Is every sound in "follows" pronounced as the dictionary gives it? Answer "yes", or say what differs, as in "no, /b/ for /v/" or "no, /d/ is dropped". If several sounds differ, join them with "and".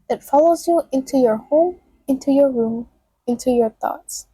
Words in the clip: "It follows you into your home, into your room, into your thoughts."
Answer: yes